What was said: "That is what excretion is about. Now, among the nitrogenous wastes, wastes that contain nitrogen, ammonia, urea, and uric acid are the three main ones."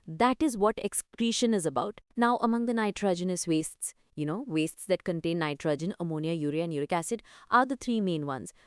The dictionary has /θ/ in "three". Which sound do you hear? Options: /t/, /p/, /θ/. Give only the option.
/t/